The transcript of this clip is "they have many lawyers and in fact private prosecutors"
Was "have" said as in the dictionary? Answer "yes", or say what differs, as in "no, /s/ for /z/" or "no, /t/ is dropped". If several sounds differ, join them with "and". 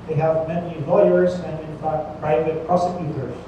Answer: yes